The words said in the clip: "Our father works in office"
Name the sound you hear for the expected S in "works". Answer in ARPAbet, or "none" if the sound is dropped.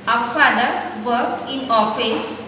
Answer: none